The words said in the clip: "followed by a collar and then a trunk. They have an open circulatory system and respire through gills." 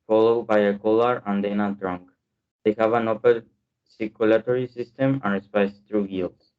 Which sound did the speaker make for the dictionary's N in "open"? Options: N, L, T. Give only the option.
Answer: L